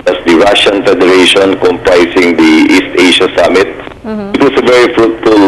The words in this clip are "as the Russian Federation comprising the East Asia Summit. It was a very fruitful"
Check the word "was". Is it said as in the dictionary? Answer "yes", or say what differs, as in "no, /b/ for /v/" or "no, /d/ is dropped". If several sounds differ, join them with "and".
no, /s/ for /z/